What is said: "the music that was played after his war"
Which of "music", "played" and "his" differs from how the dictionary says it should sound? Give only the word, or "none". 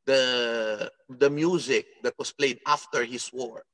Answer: his